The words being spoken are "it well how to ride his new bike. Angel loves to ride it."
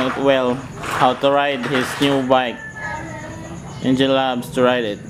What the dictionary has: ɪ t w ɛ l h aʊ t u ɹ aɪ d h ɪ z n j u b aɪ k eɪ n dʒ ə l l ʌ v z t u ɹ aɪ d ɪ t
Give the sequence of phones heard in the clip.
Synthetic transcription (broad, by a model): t w ɛ l h aʊ t u ɹ aɪ d h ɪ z n j u b aɪ k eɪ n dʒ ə n l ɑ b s t u ɹ aɪ d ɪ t